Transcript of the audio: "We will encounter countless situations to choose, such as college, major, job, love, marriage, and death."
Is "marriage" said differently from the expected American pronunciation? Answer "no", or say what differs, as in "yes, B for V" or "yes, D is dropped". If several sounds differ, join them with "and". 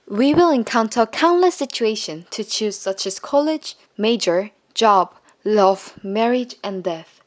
no